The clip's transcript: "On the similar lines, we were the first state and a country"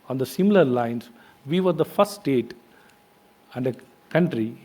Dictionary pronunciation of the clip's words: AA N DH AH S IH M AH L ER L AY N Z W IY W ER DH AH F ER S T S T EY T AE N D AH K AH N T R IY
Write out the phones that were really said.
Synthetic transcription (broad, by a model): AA N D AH S IH M AH L ER L AY N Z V IY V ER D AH F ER T S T EY T AE N D AH K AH N T R IY